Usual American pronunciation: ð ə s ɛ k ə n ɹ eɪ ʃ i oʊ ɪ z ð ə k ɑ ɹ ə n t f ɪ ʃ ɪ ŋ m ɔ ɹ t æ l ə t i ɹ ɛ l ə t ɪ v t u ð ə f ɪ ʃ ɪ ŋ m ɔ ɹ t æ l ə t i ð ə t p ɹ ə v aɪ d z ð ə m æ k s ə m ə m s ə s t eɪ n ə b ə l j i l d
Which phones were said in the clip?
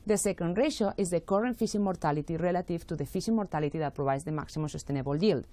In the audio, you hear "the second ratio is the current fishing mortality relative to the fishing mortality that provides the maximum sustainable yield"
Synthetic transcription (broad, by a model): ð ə s ɛ k ə n ɹ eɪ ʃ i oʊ ɪ z ð ə k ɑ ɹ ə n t f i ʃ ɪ m ɔ ɹ t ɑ l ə t i ɹ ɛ l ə t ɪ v t u ð ə f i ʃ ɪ m ɔ ɹ t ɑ l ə t i ð ə t p ɹ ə b aɪ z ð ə m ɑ k s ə m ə s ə s t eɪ n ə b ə l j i l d